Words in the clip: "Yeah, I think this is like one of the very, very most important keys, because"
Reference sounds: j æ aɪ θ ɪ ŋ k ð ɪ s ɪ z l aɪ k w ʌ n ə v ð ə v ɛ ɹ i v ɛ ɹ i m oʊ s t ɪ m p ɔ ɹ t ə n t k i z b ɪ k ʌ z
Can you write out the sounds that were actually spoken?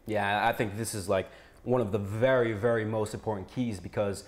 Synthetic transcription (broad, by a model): j æ aɪ θ ɪ ŋ k ð ɪ s ɪ z l aɪ k w ʌ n ə v ð ə v ɛ ɹ i v ɛ ɹ i m oʊ s t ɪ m p ɔ ɹ t n k i z b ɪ k ʌ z